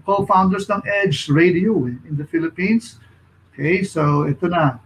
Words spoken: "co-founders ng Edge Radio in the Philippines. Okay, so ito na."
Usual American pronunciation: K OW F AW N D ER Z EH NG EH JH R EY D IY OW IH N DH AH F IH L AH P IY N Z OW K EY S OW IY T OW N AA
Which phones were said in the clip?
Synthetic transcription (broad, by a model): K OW F AW N D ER S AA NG EH JH R EY D IY OW IH N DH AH F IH L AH P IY N S OW K EY S OW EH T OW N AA